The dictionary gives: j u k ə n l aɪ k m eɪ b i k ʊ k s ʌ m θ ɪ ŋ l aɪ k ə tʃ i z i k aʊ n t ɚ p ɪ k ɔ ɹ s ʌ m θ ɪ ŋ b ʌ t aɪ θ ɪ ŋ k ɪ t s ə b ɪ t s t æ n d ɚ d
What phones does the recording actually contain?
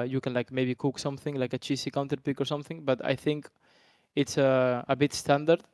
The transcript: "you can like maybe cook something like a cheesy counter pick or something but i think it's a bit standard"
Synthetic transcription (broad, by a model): j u k ə n l aɪ k m eɪ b i k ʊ k s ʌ m θ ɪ ŋ l aɪ k ə tʃ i s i k aʊ n t ɚ p ɪ k ɔ ɹ s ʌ m θ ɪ ŋ b ʌ t aɪ θ ɪ ŋ k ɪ t s ə b ɪ t s t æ n d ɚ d